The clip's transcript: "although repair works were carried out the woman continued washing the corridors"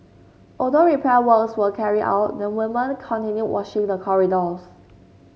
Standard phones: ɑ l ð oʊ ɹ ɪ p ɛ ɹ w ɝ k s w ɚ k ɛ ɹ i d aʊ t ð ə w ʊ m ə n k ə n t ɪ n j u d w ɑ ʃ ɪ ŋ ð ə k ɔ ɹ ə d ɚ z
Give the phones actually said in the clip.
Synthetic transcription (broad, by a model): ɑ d oʊ ɹ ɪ p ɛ w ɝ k s w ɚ k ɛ ɹ i aʊ t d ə w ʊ m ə n k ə n t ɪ n j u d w ɑ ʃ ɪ ŋ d ə k ɔ ɹ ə d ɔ s